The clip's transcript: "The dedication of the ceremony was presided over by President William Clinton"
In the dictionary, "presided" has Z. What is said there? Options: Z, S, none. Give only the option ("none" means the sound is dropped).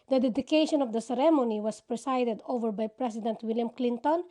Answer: S